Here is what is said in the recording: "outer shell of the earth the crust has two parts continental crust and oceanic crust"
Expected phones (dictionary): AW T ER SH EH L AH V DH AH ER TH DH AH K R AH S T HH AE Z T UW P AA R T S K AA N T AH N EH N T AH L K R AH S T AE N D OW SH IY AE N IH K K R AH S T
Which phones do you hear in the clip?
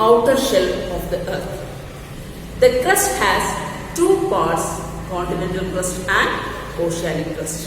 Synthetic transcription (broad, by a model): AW T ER SH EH L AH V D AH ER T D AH K R AH S T HH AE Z T UW P AA R T S K AA N T AH N EH N T AH L K R AH S T AE N D OW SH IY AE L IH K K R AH S T